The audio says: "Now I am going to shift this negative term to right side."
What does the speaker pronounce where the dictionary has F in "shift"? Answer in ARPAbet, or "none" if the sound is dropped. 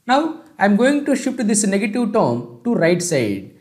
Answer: none